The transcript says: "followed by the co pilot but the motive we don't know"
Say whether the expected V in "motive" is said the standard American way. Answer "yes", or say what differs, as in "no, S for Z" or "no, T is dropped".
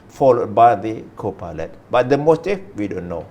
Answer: no, F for V